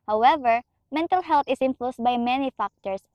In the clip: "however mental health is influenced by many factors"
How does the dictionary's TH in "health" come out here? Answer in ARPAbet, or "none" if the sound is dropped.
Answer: T